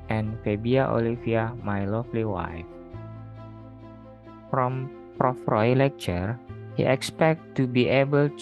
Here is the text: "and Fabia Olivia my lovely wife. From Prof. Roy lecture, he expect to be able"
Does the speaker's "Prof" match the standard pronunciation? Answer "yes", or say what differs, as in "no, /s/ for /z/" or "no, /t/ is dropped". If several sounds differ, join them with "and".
yes